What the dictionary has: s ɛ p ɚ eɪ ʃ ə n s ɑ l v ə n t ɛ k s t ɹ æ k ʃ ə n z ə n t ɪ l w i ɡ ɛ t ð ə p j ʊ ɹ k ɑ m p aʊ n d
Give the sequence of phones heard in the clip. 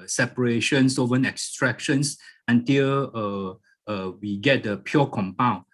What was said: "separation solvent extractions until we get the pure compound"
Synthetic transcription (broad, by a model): s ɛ p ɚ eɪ ʃ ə n s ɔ v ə n ɛ k s t ɹ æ k ʃ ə n s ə n t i l w i ɡ ɛ t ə p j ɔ k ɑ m p aʊ n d